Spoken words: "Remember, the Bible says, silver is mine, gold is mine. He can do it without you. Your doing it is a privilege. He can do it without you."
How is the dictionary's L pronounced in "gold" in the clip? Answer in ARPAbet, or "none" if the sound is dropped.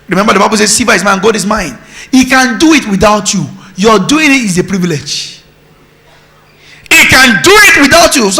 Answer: none